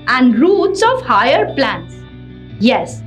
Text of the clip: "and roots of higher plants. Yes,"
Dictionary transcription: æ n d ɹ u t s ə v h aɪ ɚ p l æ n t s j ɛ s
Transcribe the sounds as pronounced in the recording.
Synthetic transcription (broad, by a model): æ n d ɹ u t s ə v h aɪ ɚ p l æ n t s j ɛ s